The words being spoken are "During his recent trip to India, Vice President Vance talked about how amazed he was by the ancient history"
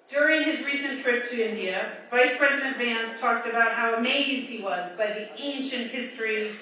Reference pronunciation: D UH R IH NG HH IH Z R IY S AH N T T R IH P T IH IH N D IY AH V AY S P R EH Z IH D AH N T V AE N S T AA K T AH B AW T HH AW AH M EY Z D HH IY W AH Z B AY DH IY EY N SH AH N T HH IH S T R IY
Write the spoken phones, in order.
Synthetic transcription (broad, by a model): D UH R IH NG IH Z R IY S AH N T T R IH P T IH IH N D IY AH V AY S P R EH Z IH D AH N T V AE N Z T AA K T AH B AW T HH AW AH M EY Z D HH IY W AH Z B AY DH IY EY N SH AH N T HH IH S T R IY